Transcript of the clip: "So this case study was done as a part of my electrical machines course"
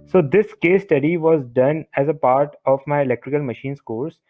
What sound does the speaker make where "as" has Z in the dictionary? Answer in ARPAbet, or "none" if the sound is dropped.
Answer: Z